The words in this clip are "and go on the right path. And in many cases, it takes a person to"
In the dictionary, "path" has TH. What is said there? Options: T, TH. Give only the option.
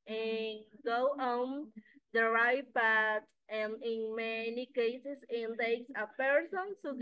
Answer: T